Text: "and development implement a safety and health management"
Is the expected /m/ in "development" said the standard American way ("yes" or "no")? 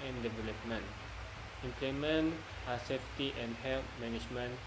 yes